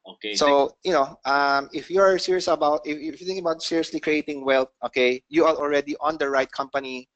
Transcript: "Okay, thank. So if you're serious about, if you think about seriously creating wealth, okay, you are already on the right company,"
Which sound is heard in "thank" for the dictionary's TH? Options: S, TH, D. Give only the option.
S